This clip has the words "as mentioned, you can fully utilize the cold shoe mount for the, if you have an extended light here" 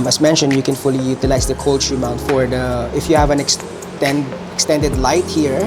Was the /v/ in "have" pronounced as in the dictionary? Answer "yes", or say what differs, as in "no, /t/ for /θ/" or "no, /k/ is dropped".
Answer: yes